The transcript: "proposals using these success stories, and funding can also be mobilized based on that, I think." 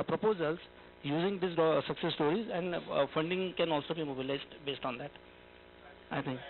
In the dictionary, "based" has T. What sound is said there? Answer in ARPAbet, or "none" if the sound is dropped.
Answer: T